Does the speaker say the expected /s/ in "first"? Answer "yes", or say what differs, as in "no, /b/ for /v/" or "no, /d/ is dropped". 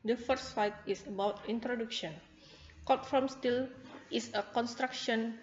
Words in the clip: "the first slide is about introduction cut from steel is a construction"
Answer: no, /s/ is dropped